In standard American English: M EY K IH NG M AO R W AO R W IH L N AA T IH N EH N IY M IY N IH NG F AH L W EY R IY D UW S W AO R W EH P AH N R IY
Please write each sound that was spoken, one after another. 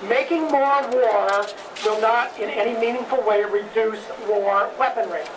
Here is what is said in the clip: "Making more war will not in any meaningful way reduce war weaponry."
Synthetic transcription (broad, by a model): M EY K IH NG M AO R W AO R W IH L N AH T IH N EH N IY M IY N IH NG F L W EY R IY D UW S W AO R W EH P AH N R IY